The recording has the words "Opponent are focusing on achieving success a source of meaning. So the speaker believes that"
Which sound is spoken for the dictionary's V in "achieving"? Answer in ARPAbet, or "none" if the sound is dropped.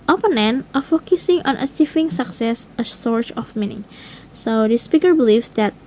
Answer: F